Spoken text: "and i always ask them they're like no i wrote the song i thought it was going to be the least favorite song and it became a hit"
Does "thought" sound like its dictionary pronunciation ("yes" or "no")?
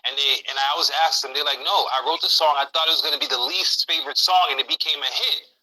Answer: yes